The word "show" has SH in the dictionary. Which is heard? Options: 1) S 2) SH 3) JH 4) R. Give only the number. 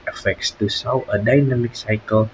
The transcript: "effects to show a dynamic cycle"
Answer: 1